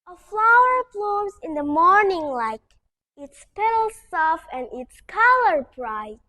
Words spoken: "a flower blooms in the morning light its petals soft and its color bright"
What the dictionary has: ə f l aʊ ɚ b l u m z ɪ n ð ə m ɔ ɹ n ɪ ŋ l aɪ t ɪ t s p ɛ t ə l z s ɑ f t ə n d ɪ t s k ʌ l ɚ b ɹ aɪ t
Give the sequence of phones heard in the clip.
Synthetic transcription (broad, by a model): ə f l aʊ ɚ b l u m z ɪ n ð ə m ɔ ɹ n ɪ ŋ l aɪ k ɪ t s p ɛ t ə l s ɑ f ə n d ɪ t s k ʌ l ɚ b ɹ aɪ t